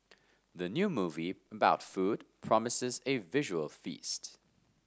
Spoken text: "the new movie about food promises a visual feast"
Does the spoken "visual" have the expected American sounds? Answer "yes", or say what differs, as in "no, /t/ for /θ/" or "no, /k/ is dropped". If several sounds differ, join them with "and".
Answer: yes